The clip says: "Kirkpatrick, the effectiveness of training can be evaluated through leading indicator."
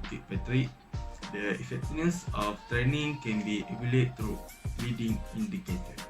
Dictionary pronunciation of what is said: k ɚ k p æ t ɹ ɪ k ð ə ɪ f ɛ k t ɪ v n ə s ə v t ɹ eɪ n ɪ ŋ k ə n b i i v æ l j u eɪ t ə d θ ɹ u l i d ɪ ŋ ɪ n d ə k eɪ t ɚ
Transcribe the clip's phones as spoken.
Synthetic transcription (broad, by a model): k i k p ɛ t ɹ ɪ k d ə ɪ f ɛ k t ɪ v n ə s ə f t ɹ eɪ n ɪ ŋ k ə n b i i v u l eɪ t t ɹ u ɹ i d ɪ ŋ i n d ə k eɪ t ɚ